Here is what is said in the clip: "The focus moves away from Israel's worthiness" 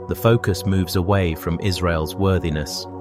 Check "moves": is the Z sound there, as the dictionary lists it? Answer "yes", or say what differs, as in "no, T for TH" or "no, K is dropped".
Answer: yes